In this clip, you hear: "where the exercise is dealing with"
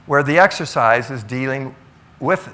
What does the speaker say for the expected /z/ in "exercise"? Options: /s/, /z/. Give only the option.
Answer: /z/